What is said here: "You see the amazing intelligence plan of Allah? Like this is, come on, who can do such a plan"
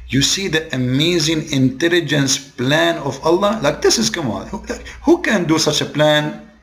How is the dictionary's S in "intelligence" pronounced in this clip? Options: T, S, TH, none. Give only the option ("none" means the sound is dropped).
S